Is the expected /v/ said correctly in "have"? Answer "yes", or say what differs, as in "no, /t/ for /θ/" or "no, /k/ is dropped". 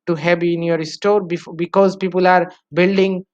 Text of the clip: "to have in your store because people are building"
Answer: no, /b/ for /v/